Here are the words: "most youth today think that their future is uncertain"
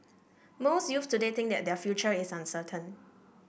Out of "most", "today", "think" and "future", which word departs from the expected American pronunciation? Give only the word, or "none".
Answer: think